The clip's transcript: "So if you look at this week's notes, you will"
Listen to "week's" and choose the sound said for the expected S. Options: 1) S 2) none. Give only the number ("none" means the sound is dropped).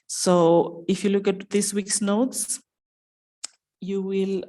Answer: 1